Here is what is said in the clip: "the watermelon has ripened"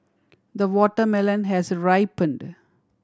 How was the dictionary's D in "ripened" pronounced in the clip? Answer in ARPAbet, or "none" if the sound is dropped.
D